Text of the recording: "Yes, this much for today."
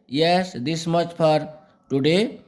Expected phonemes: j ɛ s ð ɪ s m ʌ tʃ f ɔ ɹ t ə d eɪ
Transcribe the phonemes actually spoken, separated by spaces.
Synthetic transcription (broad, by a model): j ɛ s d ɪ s m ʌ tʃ p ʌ ɹ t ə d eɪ